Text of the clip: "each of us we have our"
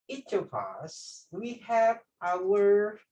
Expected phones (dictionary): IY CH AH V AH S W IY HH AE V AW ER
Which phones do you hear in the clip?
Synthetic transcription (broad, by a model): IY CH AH P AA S W IY HH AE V AW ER